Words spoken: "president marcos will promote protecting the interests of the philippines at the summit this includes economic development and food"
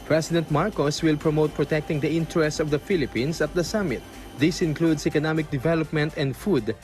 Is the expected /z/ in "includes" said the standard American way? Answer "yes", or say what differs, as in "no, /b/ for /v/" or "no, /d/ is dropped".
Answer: no, /s/ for /z/